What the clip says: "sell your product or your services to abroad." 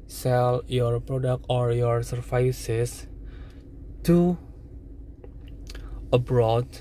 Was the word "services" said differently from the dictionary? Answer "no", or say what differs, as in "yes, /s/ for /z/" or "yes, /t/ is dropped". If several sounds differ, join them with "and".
yes, /f/ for /v/ and /s/ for /z/